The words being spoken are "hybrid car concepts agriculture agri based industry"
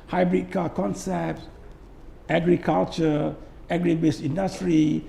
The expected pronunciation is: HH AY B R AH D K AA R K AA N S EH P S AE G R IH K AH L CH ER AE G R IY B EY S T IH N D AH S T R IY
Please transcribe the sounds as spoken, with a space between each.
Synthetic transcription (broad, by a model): HH AY B R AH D K AA K AA N S EH P S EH G R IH K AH L CH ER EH G R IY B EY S IY N D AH S T R IY